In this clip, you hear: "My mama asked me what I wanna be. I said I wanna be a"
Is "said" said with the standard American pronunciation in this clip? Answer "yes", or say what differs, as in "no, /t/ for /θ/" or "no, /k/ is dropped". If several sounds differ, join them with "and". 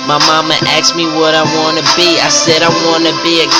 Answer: yes